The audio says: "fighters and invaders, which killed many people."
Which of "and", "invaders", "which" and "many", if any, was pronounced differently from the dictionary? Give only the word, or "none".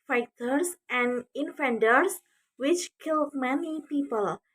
invaders